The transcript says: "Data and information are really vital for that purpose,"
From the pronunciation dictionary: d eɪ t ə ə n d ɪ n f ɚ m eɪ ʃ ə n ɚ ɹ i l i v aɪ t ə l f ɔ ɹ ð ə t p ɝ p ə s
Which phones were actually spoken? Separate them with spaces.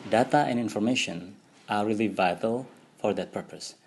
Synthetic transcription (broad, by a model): d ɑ t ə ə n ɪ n f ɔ m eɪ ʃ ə n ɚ ɹ i l i v aɪ t ə l f ɔ ɹ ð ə t p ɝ p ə s